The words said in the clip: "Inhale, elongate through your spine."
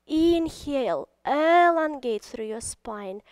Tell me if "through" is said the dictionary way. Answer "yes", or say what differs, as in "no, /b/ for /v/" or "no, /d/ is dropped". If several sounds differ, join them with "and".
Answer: no, /s/ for /θ/